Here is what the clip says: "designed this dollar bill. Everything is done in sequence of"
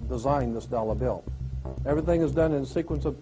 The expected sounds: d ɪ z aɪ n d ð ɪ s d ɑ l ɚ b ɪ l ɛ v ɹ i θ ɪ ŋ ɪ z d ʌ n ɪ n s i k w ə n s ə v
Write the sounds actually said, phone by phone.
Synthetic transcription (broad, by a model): d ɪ z aɪ n ð ɪ s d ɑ l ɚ b ɪ l ɛ v ɹ i θ ɪ ŋ ɪ z d ʌ n ɪ n s i k w ə n s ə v